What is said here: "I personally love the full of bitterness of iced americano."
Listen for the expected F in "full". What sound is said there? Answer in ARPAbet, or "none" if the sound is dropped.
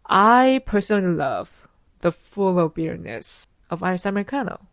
F